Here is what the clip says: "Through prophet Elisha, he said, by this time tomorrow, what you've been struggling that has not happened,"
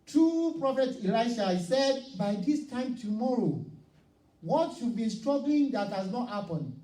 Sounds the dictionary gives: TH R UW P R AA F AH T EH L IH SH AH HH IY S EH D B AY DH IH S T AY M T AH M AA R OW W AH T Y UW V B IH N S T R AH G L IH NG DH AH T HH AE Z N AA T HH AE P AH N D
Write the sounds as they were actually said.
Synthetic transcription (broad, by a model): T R UW P R AA F AH T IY L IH AH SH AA S EH D B AY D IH S T AY M T AH M AA R OW W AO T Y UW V B IH N S T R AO G L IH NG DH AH T HH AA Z N AA T HH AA P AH N